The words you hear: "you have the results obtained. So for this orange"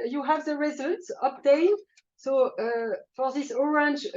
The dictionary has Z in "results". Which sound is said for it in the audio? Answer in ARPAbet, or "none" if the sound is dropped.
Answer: Z